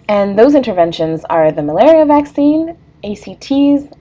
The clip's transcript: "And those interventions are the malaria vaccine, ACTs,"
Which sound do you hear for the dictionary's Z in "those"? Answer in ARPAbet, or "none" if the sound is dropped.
Z